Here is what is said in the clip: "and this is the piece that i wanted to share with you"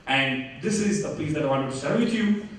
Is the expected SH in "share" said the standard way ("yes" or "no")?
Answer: no